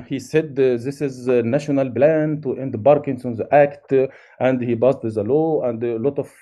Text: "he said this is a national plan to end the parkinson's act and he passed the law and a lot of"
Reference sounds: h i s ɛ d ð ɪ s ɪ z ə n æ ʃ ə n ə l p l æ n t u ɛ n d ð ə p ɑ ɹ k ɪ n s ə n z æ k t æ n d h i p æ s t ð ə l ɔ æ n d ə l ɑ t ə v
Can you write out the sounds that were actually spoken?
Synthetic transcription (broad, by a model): h i s ɛ d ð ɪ s ɪ z n æ ʃ ə n ə l b l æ n t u ɛ n d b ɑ ɹ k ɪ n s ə n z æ k t æ n d h i b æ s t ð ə l ɔ æ n d l ɑ t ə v